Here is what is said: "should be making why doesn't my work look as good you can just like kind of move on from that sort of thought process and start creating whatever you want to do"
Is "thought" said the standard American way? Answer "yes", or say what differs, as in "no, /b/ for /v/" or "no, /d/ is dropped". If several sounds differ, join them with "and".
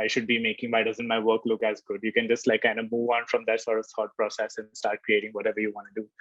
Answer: no, /s/ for /θ/